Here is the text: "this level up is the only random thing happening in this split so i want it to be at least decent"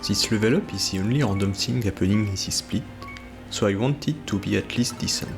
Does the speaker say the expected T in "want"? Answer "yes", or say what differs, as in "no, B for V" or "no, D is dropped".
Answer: yes